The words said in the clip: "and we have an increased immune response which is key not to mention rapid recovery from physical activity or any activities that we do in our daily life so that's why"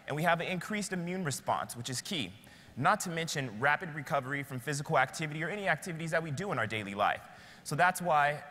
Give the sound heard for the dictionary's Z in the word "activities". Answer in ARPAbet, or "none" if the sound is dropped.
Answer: Z